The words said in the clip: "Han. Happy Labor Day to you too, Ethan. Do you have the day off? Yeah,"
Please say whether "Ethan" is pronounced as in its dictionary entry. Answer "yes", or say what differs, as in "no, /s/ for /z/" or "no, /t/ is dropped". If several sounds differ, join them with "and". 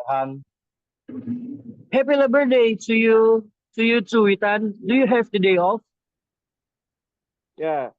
no, /t/ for /θ/